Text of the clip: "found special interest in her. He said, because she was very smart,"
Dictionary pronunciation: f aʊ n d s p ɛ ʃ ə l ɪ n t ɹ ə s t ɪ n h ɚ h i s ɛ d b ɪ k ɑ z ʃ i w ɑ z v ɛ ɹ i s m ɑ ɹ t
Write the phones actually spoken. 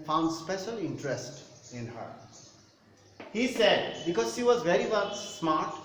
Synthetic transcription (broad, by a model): f aʊ n d s p ɛ ʃ ə l ɪ n t ɹ ə s t ɪ n h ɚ h i s ɛ d b ɪ k ɑ z ʃ i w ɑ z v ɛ ɹ i s m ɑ ɹ t